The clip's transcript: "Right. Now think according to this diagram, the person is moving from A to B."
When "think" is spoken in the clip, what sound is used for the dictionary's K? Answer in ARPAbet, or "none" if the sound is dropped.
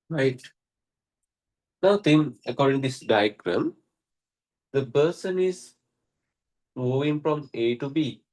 none